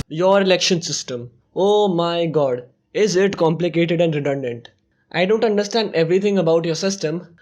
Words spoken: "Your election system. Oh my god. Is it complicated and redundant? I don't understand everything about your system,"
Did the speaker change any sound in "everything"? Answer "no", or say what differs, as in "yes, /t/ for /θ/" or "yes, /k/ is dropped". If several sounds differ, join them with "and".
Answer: yes, /t/ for /θ/